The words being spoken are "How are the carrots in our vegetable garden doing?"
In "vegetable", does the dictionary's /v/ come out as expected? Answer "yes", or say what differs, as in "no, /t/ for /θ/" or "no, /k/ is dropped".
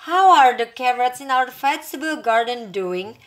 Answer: no, /f/ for /v/